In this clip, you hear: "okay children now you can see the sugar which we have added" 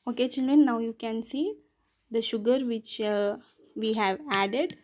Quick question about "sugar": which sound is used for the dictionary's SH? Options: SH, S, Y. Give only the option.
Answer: SH